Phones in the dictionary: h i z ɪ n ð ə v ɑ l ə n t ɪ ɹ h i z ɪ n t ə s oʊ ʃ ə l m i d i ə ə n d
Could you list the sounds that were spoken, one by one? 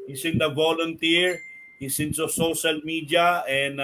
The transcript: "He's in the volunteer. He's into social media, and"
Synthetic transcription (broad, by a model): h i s ɪ n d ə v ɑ l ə n t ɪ ɹ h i s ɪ n s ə s oʊ ʃ ə l m i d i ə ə n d